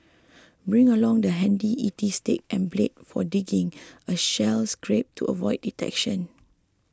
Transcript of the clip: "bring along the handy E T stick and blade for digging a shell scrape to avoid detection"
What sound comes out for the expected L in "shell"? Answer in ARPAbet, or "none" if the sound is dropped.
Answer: L